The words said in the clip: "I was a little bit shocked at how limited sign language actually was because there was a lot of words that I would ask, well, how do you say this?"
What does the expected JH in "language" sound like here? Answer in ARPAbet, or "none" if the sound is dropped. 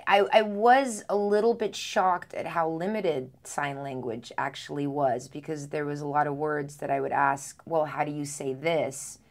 JH